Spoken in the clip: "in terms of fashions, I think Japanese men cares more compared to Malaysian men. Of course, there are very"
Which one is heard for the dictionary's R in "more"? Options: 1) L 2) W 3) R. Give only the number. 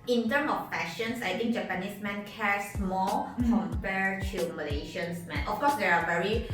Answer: 1